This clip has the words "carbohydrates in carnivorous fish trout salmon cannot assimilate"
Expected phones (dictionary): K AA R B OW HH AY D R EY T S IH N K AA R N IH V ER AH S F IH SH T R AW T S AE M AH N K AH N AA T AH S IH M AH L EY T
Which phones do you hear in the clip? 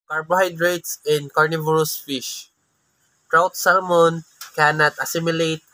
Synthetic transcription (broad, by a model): K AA R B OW HH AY D R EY T S IH N K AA R N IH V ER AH S F IH SH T R AW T S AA M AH N K AH N AA T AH S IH M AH L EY T